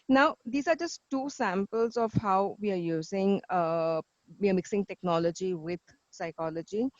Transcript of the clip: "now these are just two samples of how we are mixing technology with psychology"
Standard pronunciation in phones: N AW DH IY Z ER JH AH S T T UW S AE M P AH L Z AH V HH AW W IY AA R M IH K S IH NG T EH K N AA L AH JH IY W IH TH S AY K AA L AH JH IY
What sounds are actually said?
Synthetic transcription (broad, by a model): N AW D IY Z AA JH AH S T T UW S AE M P AH L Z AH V HH AW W IY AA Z M IH K S IH NG T EH K N AA L AH JH IY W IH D S AY K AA L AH JH IY